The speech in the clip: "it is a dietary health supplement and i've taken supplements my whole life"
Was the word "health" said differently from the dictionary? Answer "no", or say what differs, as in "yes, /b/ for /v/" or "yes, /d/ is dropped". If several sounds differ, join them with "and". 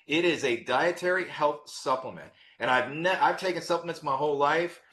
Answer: no